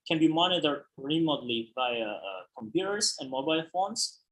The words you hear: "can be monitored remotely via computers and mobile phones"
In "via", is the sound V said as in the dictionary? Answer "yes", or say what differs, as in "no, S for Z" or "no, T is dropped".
no, B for V